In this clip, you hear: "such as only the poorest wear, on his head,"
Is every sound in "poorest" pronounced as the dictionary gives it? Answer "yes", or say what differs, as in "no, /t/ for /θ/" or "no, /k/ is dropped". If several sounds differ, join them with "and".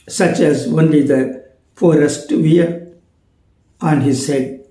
no, /f/ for /p/